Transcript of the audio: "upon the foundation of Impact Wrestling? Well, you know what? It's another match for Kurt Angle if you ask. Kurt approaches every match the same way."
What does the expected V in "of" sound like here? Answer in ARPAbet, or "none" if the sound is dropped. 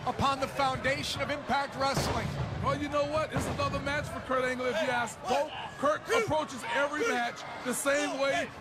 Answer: V